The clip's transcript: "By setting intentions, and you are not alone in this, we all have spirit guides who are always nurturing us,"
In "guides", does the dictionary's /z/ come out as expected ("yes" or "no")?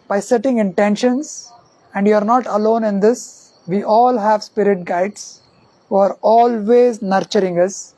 no